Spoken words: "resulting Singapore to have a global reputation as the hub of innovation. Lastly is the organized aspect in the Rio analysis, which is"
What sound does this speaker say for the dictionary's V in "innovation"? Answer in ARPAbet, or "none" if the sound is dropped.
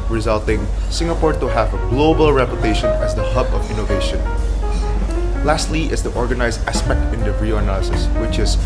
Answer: V